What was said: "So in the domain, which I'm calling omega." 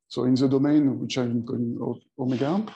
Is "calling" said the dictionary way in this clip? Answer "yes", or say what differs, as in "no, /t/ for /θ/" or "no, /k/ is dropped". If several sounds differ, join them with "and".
no, /l/ is dropped